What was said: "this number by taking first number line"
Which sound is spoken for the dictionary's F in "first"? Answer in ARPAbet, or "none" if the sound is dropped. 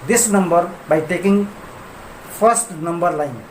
P